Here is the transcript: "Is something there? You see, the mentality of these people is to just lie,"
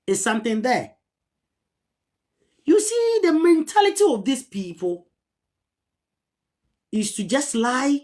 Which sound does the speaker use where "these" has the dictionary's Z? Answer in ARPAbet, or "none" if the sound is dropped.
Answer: S